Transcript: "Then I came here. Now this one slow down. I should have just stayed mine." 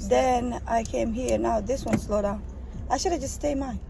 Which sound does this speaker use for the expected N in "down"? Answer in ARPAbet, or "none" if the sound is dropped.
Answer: none